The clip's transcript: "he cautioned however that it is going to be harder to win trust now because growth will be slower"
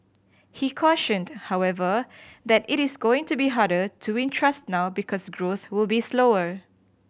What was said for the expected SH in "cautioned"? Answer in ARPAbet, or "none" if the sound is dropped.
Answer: SH